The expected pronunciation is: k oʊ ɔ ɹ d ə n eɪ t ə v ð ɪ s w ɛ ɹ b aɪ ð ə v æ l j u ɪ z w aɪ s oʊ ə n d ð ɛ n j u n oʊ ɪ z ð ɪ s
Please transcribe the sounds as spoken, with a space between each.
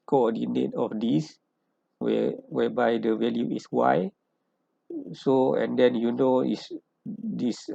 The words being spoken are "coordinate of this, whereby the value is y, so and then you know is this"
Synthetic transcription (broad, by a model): k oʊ ɔ d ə n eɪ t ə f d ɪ s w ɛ w b aɪ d ə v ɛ l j u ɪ s w aɪ s oʊ ə n d ɛ n j u n oʊ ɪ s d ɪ s